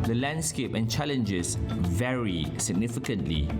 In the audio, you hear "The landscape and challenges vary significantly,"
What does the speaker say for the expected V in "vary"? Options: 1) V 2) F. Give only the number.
1